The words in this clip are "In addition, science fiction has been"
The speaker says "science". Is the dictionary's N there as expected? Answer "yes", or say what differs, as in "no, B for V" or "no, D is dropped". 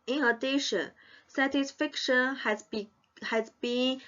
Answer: no, N is dropped